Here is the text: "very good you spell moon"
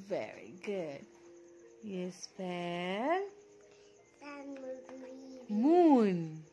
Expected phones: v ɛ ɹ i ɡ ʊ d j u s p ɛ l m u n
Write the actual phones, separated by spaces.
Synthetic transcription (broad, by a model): v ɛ ɹ i ɡ ʊ d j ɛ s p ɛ n m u n